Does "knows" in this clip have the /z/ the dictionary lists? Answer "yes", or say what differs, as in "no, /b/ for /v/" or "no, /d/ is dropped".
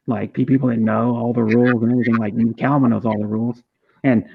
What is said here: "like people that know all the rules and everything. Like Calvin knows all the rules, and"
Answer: yes